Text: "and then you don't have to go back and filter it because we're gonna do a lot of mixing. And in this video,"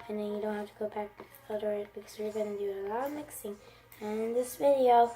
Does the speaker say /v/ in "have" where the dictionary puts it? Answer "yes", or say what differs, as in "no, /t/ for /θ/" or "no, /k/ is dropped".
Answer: no, /f/ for /v/